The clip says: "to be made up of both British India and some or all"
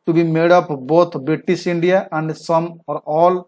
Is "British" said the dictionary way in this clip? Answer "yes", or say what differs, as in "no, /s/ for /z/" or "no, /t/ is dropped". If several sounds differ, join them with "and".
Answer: no, /s/ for /ʃ/